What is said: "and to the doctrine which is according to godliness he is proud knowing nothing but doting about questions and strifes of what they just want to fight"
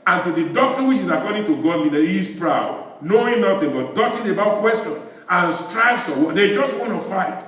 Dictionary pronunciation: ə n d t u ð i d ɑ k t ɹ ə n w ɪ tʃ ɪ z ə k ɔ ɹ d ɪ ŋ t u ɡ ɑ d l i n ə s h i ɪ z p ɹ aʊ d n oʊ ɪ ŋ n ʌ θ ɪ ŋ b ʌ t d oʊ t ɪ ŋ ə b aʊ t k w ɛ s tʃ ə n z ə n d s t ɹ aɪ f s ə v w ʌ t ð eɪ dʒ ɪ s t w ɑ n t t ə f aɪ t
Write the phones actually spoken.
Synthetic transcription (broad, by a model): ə n t u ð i d ɑ k t ɹ ə n w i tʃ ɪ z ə k ɔ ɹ d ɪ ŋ t u ɡ ɑ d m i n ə h i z p ɹ aʊ d n oʊ ɪ ŋ n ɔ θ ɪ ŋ b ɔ t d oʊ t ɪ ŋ ə b aʊ t k w ɛ s tʃ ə n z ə n s t ɹ aɪ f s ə w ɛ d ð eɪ dʒ ɪ s t w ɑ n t t ə f aɪ t